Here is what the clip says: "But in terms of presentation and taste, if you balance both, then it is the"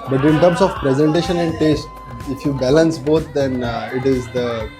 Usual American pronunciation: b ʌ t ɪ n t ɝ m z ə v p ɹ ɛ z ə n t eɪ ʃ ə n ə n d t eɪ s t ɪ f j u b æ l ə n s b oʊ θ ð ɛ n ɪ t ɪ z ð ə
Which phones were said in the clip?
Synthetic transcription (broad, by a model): b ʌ t ɪ n t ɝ m s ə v p ɹ ɛ z ə n t eɪ ʃ ə n ə n d t eɪ s t ɪ f j u b æ l ə n s b oʊ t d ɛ n ɪ t ɪ z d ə